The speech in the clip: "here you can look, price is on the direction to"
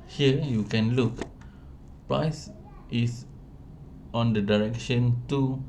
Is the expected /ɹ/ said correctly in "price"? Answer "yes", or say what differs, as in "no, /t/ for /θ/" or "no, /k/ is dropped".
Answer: yes